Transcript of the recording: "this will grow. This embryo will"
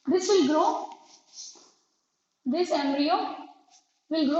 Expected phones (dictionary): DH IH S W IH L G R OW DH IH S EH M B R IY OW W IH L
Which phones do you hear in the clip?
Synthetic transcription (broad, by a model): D IH S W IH L G R OW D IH S EH M B R IY OW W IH L